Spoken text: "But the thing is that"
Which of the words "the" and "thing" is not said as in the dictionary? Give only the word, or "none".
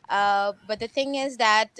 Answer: none